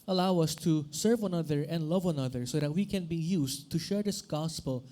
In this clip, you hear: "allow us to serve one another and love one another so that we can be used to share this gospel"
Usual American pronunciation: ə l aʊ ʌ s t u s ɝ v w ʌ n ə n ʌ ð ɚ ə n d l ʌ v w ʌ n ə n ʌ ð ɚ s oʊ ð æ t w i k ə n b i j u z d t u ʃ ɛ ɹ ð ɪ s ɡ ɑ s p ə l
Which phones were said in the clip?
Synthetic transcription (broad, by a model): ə l aʊ ʌ s t u s ɝ v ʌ ə n ʌ ð ɚ ə n d l ʌ v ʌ ə n ʌ ð ɚ s oʊ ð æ t w i k ə n b i j u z t u ʃ ɛ ɹ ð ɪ s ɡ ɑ s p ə l